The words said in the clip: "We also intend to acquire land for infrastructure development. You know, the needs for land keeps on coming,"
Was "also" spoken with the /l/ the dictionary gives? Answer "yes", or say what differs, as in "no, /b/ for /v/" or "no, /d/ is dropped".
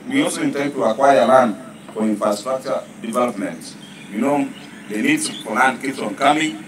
no, /l/ is dropped